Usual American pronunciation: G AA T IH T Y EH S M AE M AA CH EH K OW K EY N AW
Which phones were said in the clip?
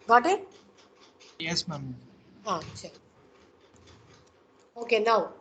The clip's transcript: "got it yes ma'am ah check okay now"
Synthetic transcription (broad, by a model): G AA T IH T Y EH S M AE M AA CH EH OW K EY N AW